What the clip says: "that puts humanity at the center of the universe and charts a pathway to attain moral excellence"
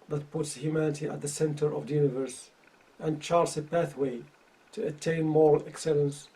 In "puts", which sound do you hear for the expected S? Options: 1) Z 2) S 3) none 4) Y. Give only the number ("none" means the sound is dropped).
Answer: 2